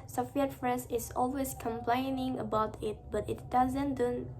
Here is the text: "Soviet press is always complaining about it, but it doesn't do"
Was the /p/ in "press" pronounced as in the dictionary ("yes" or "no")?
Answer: no